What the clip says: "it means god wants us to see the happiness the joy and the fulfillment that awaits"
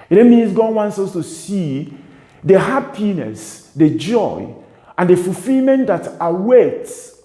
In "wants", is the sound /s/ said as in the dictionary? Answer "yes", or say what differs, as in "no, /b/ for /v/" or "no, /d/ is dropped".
yes